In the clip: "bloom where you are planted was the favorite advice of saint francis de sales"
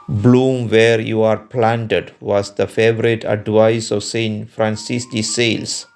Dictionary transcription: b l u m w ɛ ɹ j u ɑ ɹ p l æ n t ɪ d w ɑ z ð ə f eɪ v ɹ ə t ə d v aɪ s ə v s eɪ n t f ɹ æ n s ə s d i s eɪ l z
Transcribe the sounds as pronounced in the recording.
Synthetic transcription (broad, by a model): b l u m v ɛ ɹ j u ɑ ɹ p l æ n t ɪ d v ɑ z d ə f eɪ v ɹ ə t ə d v aɪ s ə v s eɪ n t f ɹ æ n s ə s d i s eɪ l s